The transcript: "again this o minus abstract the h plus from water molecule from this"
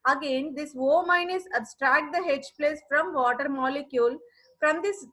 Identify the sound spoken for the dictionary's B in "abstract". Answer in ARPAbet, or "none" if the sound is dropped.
B